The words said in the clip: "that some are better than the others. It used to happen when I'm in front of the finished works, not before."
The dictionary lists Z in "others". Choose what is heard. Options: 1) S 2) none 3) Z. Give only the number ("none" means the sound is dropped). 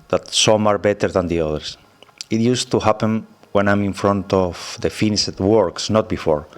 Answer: 1